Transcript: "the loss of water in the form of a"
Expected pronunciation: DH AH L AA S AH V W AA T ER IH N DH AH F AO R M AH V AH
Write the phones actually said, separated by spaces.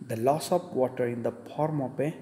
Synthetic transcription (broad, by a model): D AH L AA S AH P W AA T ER IH N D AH P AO R M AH P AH